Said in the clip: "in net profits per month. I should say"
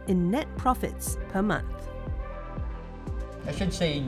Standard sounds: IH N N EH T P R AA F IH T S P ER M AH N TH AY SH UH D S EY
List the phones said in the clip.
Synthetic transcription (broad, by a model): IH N N EH T P R AA F IH T S P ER M AH N TH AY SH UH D S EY